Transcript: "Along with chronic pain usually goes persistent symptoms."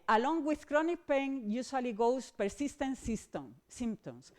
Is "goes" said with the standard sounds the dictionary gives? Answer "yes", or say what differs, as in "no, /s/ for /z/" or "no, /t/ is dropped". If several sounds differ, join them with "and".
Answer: no, /s/ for /z/